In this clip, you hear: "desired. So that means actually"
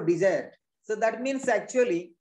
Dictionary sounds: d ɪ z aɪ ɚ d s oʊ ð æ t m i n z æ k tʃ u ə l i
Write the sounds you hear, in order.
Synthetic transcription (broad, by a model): d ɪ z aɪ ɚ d s oʊ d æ t m i n s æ k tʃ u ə l i